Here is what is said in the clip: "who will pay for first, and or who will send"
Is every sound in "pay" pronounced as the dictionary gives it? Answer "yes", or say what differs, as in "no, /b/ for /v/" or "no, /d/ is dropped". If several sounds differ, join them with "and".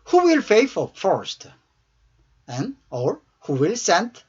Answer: no, /f/ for /p/